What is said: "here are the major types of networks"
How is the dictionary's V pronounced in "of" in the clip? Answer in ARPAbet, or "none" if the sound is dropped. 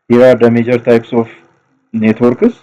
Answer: F